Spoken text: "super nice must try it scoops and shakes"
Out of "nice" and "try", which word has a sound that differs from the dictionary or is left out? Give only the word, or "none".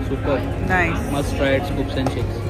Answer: nice